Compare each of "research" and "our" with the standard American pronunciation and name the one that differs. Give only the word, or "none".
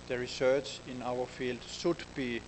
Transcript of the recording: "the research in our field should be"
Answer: none